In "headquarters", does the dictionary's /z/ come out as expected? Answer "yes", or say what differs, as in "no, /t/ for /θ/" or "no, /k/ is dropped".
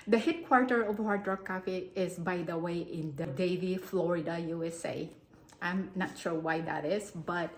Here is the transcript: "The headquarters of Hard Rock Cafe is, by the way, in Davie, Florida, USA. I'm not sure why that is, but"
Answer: no, /z/ is dropped